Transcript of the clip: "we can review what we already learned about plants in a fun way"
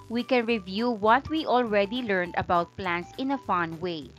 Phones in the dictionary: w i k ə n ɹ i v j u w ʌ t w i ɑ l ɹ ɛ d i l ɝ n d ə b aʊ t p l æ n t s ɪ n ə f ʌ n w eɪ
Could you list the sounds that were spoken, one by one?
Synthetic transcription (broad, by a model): w i k ə n ɹ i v j u w ʌ t w i ɑ l ɹ ɛ d i l ɝ n d ə b aʊ t p l æ n t s ɪ n ə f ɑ n w eɪ